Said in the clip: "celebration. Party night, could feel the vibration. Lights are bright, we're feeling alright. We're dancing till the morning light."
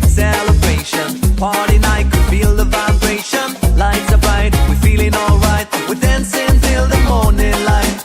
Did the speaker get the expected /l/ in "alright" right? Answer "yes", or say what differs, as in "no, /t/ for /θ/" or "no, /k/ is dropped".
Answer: yes